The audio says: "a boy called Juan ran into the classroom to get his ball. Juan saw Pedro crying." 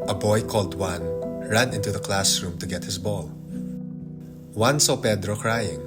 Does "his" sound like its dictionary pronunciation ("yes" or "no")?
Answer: no